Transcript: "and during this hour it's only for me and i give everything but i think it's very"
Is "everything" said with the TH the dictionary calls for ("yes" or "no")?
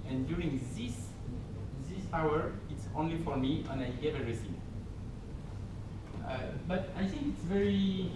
no